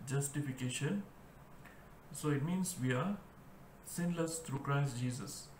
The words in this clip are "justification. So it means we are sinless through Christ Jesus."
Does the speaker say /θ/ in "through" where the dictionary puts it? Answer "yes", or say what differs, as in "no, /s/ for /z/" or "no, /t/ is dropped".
no, /t/ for /θ/